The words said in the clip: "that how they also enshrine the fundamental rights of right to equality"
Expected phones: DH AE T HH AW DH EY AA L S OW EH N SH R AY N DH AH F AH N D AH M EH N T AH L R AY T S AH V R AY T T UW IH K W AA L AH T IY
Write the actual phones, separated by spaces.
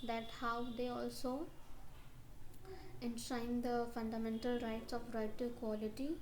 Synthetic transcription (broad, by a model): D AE T HH AW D EY AA L S OW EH N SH AY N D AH F AH N D AH M EH N T AH L R AY T S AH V R AY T T UW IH K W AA L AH T IY